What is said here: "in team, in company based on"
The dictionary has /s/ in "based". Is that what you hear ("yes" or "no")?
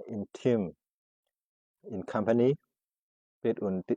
no